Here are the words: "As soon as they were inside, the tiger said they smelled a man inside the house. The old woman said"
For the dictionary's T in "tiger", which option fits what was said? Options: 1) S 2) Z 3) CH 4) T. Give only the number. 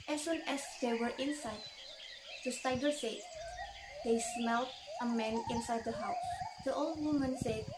1